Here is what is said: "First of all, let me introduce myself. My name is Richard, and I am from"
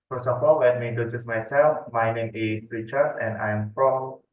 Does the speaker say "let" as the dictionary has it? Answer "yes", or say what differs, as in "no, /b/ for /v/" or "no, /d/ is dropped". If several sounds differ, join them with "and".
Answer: no, /w/ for /l/